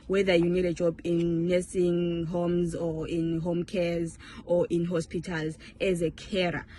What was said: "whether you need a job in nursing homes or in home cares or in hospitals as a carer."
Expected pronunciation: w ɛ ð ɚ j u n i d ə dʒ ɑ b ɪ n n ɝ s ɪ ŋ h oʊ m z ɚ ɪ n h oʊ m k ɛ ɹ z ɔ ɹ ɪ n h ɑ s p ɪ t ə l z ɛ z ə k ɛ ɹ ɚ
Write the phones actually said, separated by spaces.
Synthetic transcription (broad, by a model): w ɛ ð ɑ j u n i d ə dʒ ɑ b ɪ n n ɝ s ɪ ŋ h oʊ m z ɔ ɪ n h oʊ m k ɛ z ɔ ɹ ɪ n h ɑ s p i t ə l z ɛ z ə k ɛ ɹ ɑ